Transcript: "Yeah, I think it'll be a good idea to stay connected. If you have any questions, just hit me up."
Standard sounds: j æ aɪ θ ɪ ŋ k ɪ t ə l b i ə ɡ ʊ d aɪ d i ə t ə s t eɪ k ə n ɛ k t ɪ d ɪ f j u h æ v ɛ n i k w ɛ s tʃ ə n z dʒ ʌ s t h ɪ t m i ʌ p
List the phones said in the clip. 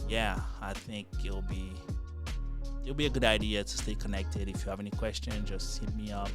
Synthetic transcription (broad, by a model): j æ aɪ θ ɪ ŋ k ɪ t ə l b i ə ɡ ʊ d aɪ d i ə t ə s t eɪ k ə n ɛ k t ɪ d ɪ f j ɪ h v ɛ n i k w ɛ s tʃ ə n dʒ ʌ s t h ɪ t m i ʌ p